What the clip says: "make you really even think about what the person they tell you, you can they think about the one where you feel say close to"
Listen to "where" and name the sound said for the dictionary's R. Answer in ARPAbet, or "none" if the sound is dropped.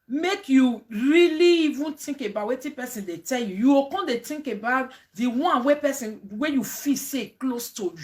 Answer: W